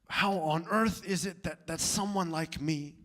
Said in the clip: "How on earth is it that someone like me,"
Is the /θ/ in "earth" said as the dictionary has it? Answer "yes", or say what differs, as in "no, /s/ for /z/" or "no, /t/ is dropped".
yes